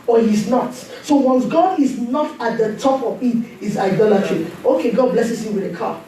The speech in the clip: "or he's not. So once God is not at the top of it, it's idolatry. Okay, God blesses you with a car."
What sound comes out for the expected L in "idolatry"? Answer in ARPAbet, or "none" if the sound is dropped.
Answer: L